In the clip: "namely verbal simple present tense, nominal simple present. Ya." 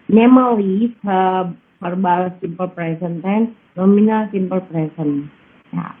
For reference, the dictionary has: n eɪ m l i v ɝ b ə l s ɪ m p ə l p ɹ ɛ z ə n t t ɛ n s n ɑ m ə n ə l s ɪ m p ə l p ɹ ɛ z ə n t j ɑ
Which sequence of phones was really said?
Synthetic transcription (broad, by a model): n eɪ m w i f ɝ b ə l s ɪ m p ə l p ɹ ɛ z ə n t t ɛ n n ɑ m ə n ə l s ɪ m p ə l p ɹ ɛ s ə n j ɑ